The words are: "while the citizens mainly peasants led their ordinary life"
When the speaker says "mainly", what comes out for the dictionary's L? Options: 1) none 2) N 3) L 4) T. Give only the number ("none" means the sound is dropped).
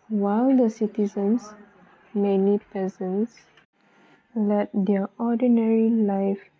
1